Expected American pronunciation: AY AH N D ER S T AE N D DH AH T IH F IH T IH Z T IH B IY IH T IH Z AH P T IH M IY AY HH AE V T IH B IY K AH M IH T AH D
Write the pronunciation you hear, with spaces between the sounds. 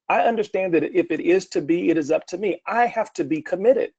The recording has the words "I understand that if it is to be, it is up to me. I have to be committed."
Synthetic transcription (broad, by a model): AY AH N D ER S T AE N DH AH T IH F IH T IH Z T IH B IY IH T IH Z AH P T IH M IY AY HH AE F T IH B IY K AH M IH T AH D